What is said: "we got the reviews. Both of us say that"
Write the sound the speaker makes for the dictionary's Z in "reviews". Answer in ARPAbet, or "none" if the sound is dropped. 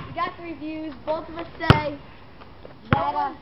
Z